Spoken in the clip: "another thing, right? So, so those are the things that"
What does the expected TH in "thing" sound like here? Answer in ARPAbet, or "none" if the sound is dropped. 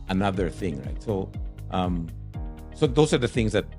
TH